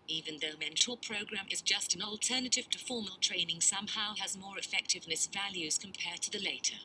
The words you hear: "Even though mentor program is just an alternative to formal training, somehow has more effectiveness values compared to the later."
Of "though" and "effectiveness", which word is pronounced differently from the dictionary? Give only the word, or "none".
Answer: none